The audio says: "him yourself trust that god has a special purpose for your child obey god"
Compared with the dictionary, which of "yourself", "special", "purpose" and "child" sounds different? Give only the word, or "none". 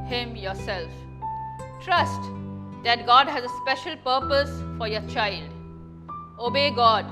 none